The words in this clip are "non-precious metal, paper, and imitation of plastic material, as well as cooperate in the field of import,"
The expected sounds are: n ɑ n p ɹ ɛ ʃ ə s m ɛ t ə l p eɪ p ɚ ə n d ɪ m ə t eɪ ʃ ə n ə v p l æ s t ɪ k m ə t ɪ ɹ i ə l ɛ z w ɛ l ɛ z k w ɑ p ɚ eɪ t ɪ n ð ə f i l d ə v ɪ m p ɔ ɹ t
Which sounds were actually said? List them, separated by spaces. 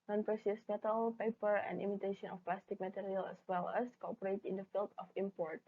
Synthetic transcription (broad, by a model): n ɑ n p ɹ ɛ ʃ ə s m ɛ t ə l p eɪ p ɚ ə n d ɪ m ə t eɪ ʃ ə n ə f p l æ s t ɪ k m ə t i ɹ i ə l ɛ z w ɛ l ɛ s k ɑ p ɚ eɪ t ɪ n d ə f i l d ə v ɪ m p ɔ ɹ t